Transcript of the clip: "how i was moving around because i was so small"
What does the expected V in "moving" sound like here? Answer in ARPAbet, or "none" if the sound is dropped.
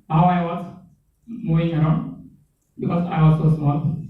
none